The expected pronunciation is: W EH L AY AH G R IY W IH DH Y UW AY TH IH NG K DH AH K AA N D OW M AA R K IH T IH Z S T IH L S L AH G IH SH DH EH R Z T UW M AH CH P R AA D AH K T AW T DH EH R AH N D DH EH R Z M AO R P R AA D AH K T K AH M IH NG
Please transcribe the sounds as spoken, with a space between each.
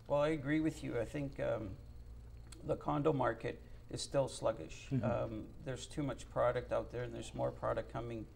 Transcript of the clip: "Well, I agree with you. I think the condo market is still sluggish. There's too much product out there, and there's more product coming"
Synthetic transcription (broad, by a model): W EH L AY AH G R IY W IH DH Y UW AY TH IH NG K DH AH K AA N D OW M AA R K IH T IH Z S T IH L S L AH G IH SH DH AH R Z T UW M AH CH P R AA D AH K T AW T DH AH R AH N DH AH R Z M AO R P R AA D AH K K AH M IH NG